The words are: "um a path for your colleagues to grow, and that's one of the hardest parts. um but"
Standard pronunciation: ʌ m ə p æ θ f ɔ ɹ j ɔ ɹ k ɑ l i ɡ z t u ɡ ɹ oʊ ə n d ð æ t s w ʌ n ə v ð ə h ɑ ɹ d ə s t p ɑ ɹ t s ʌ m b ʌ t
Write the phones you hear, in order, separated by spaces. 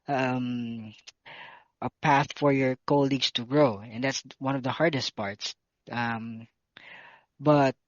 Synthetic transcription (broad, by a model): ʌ m ə p æ θ f ɔ ɹ j ɔ ɹ k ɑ l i ɡ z t u ɡ ɹ oʊ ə n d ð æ t s w ʌ n ə v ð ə h ɑ ɹ d ə s t p ɑ ɹ t s ʌ m b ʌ t